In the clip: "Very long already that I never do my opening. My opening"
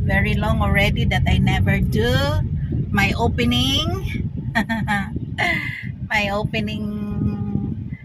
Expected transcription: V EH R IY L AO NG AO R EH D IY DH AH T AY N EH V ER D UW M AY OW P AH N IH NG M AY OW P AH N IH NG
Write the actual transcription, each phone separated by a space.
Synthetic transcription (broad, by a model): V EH R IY L AO NG AO R EH D IY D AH T AY N EH V ER D UW M AY OW P AH N IH NG M AY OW P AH N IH NG